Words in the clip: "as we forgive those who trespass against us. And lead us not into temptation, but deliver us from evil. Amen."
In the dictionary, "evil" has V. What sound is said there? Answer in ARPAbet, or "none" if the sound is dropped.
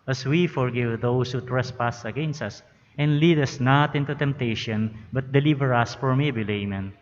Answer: B